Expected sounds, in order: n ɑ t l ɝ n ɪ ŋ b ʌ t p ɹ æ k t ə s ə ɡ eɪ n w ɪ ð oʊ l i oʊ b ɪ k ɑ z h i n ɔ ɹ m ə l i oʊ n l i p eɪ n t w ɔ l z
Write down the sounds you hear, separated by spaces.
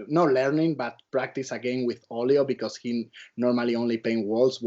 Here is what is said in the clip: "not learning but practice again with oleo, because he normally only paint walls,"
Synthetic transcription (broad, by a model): n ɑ l ɝ n ɪ ŋ b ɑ t p ɹ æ k t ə s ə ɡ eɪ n w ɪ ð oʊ l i oʊ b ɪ k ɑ s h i n ɔ ɹ m ə l i oʊ n l i p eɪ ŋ w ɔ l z